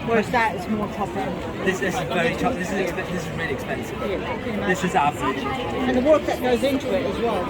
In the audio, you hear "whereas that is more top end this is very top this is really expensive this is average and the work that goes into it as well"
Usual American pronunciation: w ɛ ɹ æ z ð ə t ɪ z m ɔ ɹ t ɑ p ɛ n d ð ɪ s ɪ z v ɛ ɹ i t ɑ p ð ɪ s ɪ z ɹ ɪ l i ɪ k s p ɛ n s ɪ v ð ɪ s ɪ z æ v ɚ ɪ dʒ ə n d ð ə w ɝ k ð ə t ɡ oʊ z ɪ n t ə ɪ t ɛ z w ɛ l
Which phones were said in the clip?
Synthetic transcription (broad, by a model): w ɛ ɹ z ð ə t ɪ z m ɔ ɹ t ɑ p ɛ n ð ð ɪ s ɪ z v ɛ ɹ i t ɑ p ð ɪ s ɪ z ɹ ɪ l i ɪ k s p ɛ n s ɪ v ð ɪ s ɪ z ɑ ʊ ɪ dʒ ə n ð ə w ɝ k ð ə t ɡ oʊ z ɪ n t ə ɪ t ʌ z w ɛ l